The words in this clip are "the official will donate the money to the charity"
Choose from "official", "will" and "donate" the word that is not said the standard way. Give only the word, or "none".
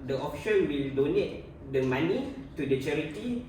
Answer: official